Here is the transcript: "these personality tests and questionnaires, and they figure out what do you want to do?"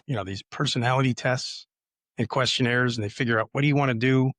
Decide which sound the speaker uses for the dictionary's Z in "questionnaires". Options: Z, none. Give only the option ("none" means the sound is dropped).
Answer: Z